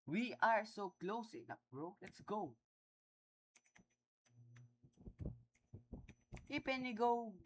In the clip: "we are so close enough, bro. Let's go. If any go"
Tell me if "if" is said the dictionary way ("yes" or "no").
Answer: no